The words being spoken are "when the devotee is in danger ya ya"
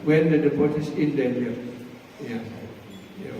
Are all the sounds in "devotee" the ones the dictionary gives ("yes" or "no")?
no